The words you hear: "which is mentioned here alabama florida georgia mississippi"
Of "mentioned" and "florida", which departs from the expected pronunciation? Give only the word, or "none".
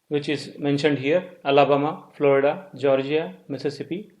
none